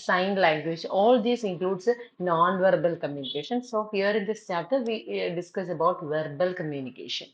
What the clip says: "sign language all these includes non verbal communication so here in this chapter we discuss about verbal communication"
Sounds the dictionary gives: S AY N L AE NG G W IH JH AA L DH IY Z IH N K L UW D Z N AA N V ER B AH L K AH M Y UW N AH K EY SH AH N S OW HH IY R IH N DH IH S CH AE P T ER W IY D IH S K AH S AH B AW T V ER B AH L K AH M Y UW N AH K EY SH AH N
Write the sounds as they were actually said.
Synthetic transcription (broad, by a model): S AY N L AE NG G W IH JH AA L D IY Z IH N K L UW D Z N AA N V ER B AH L K AH M Y UW N AH K EY SH AH N S OW HH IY R IH N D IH S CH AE T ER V IY D IH S K AH S AH B AW T V ER B AH L K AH M Y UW N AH K EY SH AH N